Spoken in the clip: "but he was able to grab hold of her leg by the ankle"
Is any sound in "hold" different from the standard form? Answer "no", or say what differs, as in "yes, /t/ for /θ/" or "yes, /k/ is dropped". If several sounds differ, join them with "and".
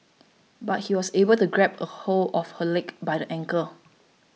yes, /d/ is dropped